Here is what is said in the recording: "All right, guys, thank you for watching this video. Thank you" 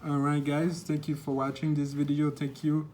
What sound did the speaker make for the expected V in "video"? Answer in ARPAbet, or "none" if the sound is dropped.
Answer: V